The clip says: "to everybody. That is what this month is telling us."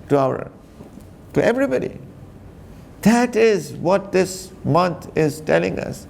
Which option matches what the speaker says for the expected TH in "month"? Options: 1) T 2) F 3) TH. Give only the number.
1